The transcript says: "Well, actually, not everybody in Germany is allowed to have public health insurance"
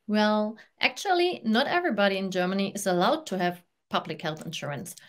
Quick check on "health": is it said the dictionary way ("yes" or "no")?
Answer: yes